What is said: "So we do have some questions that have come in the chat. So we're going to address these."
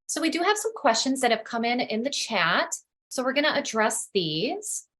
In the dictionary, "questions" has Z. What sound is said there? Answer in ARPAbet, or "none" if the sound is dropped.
Z